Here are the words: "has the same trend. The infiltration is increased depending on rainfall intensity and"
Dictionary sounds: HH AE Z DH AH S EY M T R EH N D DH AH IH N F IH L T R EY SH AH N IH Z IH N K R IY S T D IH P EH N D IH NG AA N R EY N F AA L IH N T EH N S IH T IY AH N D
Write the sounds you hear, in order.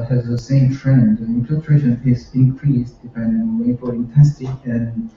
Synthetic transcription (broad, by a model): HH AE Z DH AH S EY M T R EH N D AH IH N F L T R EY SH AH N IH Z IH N K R IY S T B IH IH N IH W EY F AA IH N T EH N S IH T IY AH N